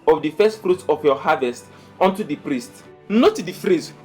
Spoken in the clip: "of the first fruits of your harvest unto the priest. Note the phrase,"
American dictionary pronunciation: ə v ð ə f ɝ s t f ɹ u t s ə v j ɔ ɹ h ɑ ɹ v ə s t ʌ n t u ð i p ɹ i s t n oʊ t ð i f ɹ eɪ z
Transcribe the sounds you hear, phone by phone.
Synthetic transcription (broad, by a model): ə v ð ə f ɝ s t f ɹ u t ə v j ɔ h ɑ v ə s t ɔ n t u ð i p ɹ i s t n oʊ t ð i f ɹ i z